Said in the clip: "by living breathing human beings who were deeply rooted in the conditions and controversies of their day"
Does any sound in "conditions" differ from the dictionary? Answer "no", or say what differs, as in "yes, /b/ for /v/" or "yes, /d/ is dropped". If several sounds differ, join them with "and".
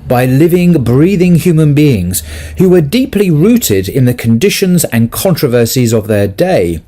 no